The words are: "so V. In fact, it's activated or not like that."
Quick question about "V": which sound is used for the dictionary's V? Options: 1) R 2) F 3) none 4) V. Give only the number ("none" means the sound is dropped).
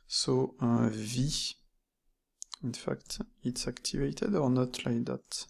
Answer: 4